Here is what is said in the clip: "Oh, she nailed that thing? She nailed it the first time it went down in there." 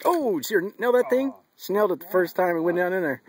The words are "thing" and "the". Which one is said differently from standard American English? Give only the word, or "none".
none